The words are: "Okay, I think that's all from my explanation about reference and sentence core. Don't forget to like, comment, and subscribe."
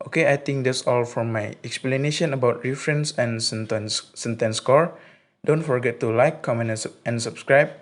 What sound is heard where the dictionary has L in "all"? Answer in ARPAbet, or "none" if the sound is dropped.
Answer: L